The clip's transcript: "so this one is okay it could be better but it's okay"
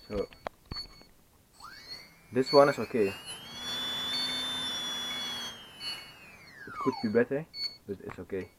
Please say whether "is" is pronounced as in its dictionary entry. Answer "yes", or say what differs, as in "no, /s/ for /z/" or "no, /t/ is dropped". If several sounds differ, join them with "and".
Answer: no, /s/ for /z/